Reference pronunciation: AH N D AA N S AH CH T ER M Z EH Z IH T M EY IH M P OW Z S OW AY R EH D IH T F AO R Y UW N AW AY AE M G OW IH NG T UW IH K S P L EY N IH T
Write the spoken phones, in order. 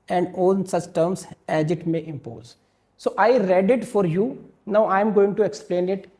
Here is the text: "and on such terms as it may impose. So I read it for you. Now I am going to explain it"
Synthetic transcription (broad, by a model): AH N D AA L S AH CH T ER M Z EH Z IH T M EY IH M P OW Z S OW AY R EH D IH T F AO R Y UW N AW AY M G OW IH NG T UW IH K S P L EY N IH T